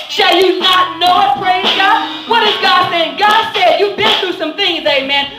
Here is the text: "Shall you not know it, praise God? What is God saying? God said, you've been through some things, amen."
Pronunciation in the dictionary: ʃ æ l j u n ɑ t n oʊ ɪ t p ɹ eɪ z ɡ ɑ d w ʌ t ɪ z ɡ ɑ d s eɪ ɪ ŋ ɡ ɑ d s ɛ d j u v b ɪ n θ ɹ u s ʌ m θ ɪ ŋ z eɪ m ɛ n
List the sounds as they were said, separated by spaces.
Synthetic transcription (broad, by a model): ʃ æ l j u n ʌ t n oʊ ɪ t p ɹ eɪ z ɡ ɑ d w ʌ t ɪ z ɡ ɑ d s eɪ ɪ ŋ ɡ ɑ d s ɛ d j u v b ɪ n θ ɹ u s ʌ m θ ɪ ŋ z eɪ m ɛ n